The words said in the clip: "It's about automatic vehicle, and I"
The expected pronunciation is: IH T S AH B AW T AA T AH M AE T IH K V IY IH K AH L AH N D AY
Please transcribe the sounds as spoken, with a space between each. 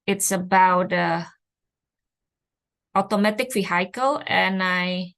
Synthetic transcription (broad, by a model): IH T S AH B AW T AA T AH M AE T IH K F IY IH K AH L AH N AY